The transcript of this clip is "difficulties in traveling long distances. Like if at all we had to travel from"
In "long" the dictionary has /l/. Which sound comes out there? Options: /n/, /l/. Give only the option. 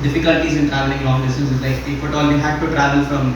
/n/